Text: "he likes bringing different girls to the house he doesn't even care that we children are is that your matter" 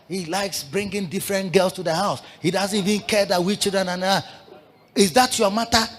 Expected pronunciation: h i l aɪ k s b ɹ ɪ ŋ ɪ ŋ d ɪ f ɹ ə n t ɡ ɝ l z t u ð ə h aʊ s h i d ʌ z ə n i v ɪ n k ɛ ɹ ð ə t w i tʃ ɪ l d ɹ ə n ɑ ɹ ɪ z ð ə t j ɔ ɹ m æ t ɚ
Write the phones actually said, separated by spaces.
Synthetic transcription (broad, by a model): h i l aɪ k s b ɹ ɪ ŋ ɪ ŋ d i f ɹ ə n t ɡ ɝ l s t u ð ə h aʊ s h i d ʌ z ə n i v ɪ n k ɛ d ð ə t w i tʃ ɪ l d ɹ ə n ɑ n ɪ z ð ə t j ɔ m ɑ t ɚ